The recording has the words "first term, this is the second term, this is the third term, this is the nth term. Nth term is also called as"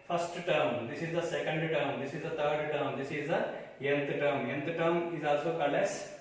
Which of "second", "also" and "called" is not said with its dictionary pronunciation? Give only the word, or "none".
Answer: called